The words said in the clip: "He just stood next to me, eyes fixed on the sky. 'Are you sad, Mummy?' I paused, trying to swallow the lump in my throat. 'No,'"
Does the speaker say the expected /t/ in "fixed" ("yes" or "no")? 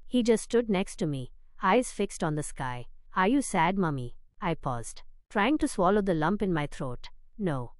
yes